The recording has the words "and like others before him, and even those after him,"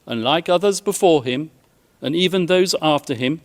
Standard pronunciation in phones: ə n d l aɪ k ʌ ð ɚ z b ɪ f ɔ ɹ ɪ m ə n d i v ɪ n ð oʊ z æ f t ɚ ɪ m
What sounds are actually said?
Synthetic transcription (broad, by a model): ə n l aɪ k ʌ ð ɚ z b ɪ f ɔ ɹ ɪ m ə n i v ɪ n ð oʊ z æ f t ɚ ɪ m